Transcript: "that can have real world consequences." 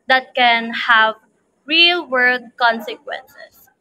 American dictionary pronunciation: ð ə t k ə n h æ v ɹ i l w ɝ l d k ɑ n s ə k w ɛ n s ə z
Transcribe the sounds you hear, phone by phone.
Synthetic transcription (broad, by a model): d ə t k ə n h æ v ɹ i l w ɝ d k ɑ n s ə k w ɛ n s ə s